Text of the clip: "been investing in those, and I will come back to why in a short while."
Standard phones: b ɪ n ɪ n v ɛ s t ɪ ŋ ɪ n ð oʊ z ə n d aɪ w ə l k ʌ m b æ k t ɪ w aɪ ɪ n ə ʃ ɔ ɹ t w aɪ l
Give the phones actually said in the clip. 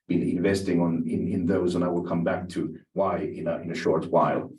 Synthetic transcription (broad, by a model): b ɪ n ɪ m v ɛ s t ɪ ŋ ɪ n ð oʊ z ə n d aɪ w ə l k ʌ m b æ k t ɪ w aɪ ɪ n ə ʃ ɔ ɹ t w aɪ l